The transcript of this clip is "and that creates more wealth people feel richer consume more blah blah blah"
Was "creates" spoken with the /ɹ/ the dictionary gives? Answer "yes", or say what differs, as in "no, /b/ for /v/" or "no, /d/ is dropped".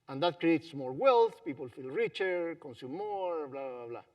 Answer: yes